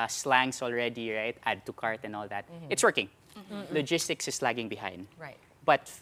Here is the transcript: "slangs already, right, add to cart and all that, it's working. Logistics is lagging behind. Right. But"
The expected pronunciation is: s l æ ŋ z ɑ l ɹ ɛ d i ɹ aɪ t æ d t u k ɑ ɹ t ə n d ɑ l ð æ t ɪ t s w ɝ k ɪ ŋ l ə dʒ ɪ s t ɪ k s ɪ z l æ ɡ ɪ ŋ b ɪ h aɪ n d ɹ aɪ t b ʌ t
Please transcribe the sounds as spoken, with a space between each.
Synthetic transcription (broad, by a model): s l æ ŋ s ɑ l ɹ ɛ d i ɹ aɪ t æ d t u k ɑ ɹ t ə n d ɑ l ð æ t ɪ t s w ɝ k ɪ ŋ l ə dʒ ɪ s t ɪ k s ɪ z l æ ɡ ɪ ŋ b ɪ h aɪ n d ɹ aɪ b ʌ t